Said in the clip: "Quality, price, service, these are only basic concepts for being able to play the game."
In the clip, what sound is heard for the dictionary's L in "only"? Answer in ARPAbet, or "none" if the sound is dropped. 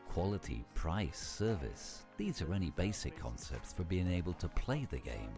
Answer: none